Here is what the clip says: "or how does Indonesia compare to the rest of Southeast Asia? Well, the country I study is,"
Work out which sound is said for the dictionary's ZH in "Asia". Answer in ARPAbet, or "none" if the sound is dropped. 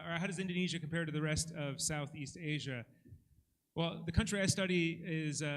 ZH